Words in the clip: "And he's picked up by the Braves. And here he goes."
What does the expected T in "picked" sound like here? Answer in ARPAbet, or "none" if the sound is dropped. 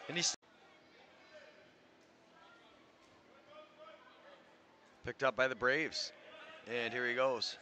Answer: T